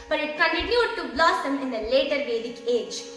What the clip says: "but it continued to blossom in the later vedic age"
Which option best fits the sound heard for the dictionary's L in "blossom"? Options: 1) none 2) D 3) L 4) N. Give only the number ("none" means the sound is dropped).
3